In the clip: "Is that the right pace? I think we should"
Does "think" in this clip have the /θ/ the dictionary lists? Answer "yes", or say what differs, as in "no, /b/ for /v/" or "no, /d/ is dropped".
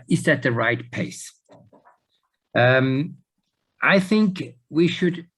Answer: yes